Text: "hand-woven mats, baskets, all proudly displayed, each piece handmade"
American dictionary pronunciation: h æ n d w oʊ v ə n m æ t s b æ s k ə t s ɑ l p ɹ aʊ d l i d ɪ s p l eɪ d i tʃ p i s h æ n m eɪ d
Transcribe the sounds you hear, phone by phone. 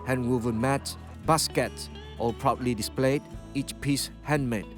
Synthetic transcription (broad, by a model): h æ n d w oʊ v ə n m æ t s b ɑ s k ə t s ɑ p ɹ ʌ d l i d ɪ s p l eɪ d i tʃ p i s h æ n m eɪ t